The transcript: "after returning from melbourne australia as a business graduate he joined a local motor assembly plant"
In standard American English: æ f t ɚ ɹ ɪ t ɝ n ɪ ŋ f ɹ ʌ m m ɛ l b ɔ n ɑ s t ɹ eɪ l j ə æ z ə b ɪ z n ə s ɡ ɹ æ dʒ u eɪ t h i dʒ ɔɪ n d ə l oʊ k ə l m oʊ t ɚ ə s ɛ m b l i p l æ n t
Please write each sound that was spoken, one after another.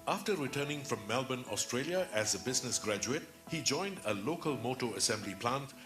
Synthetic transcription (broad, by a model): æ f t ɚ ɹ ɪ t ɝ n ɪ ŋ f ɹ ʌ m m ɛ l b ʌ n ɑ s t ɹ eɪ l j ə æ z ə b ɪ z n ə s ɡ ɹ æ dʒ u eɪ t h i dʒ ɔɪ n d ə l oʊ k ə l m oʊ t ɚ ə s ɛ m b l i p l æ n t